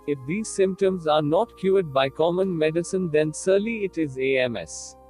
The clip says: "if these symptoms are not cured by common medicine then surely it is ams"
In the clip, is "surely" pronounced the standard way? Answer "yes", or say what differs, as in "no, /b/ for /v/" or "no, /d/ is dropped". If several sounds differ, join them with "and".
no, /s/ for /ʃ/